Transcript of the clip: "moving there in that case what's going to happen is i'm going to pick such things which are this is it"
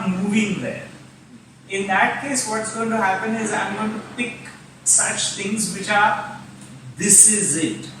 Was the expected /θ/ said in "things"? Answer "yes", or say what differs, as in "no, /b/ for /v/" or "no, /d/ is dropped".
no, /t/ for /θ/